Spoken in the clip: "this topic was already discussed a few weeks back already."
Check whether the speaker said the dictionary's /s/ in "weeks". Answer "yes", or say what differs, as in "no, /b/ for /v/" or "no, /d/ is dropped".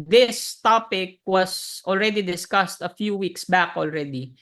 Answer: yes